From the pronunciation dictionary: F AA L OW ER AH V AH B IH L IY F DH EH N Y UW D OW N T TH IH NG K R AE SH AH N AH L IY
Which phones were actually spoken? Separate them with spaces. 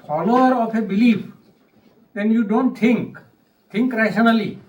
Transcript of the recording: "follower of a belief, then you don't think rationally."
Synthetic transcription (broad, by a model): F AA L OW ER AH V AH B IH L IY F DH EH N Y UW D OW N T T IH NG K R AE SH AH N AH L IY